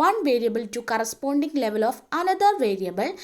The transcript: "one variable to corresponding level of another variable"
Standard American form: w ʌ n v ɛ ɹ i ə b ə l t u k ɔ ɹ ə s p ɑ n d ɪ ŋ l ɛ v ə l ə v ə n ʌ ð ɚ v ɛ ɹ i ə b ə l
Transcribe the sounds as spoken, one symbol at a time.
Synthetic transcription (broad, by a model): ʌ n v ɛ ɹ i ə b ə l t u k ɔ ɹ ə s p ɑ n d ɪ ŋ l ɛ v ə l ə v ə n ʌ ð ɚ v ɛ ɹ i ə b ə l